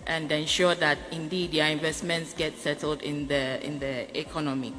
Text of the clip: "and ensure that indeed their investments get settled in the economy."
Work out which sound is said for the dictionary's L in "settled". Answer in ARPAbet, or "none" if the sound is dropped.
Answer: L